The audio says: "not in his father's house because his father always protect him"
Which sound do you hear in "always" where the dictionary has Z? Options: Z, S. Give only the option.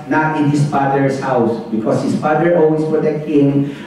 S